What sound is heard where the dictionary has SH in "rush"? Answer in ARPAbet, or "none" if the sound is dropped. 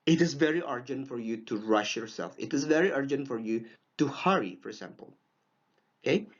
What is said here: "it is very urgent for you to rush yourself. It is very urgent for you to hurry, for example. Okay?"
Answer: SH